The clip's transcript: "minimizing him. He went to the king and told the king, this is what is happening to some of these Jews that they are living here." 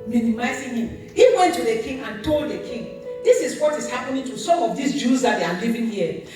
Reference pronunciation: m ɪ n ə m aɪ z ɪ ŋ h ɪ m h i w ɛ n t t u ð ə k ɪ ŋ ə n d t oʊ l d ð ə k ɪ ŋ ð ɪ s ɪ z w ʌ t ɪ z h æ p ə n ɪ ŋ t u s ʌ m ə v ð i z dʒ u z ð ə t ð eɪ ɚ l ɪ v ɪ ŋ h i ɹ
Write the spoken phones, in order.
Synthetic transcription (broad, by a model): m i n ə m aɪ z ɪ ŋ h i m h i w ɛ n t t u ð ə k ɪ ŋ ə n t oʊ l d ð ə k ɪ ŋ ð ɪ s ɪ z w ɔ t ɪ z h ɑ p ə n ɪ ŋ t u s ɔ m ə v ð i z dʒ u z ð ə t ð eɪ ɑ l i v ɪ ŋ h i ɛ